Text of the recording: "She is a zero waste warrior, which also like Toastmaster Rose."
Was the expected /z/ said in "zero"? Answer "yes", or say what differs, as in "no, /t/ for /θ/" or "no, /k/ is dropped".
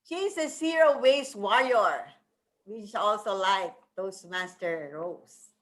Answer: no, /s/ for /z/